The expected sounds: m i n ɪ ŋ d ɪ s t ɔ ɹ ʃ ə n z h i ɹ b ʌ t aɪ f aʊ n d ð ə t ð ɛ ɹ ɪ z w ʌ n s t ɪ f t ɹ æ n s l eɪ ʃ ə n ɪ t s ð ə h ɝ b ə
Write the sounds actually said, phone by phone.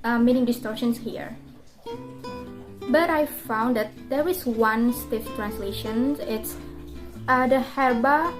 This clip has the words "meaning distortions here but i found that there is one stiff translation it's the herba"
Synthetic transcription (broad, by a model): m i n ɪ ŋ d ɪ s t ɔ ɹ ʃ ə n s h i ɹ b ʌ t aɪ f aʊ n d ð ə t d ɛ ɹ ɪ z w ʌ n s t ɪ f t ɹ æ n s l eɪ ʃ ə n ɪ t s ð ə h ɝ b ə